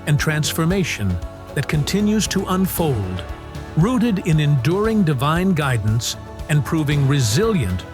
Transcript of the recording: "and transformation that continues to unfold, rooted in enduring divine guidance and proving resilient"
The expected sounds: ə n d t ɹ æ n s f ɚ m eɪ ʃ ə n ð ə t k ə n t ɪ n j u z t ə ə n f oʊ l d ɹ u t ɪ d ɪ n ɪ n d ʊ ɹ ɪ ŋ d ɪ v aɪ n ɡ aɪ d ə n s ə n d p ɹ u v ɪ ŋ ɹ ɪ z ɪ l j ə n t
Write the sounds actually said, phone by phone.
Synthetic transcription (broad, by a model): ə n t ɹ æ n s f ɚ m eɪ ʃ ə n ð ə t k ə n t ɪ n j u z t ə ə n f oʊ l d ɹ u t ɪ d ɪ n ɪ n d ʊ ɹ ɪ ŋ d ɪ v aɪ n ɡ aɪ d n s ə n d p ɹ u v ɪ ŋ ɹ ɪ z ɪ l j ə n t